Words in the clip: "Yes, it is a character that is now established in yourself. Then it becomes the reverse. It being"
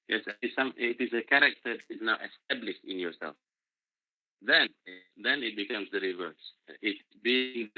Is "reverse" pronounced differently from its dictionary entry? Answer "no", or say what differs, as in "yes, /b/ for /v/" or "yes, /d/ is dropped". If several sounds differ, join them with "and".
no